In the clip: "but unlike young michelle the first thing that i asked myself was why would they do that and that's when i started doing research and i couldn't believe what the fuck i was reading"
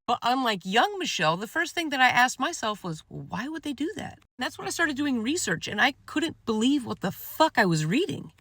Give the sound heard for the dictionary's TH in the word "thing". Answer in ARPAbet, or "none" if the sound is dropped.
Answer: TH